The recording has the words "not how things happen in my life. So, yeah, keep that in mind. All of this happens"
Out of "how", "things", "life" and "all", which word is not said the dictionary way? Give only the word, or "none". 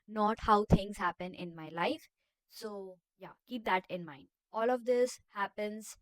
things